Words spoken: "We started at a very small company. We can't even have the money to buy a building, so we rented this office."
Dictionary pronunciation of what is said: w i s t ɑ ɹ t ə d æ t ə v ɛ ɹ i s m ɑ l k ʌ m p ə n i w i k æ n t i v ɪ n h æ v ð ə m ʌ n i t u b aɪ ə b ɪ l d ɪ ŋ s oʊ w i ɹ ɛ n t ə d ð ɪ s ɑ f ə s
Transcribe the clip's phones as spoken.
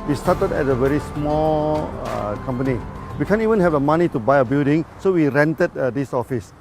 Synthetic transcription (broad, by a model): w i s t ɑ t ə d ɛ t ə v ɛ ɹ i s m ɑ l k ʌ m p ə n i w i k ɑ n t i v ɪ n h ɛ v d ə m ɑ n i t u b aɪ ə b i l d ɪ ŋ s oʊ w i ɹ ɛ n t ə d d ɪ s ɑ f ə s